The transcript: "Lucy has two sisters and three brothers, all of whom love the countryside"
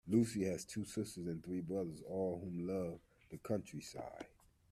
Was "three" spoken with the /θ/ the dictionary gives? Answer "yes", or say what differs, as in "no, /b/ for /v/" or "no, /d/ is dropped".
yes